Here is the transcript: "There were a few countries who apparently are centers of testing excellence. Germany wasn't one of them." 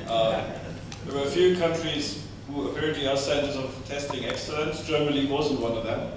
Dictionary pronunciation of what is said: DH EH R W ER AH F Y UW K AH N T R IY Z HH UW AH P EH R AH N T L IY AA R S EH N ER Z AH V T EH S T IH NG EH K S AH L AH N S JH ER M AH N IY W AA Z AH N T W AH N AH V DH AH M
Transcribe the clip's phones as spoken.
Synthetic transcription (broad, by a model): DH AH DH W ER AH F Y UW K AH N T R IY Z HH UW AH P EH R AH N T L IY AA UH S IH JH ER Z AH V T EH S T IH NG EH K S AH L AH N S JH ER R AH L IY W AA Z AH N T W AH N AH V DH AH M